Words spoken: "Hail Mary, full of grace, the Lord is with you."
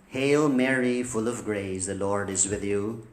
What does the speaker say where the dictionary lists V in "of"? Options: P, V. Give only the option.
V